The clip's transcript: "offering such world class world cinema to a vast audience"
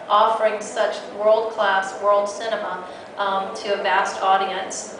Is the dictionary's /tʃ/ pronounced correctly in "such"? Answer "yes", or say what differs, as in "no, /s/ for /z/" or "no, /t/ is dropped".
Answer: yes